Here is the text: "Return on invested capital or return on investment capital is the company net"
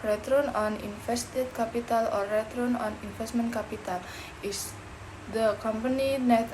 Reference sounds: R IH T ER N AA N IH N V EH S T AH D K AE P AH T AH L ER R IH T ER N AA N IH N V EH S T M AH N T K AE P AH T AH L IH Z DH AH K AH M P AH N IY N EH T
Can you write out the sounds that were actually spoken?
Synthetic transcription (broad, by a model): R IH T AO N AA N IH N F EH S T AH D K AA P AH T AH L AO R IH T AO N AA N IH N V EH S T M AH N K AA P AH T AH L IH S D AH K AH M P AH N IY N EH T